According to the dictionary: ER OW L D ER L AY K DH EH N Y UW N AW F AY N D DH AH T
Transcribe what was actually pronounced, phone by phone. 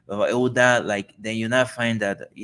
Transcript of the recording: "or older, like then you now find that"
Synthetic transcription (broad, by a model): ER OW D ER L AY K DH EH N Y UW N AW F AY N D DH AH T